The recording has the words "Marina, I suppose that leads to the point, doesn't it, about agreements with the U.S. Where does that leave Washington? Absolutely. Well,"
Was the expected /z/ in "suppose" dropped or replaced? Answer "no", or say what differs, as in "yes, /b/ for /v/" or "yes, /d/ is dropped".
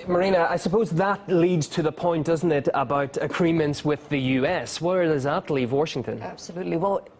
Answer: no